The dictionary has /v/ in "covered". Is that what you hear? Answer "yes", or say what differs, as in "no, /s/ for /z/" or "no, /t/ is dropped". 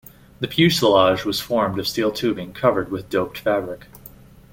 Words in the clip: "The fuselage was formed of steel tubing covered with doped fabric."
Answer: yes